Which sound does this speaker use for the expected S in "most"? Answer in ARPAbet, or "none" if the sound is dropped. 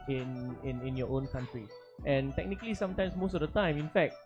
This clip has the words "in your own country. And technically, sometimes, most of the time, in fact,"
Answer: S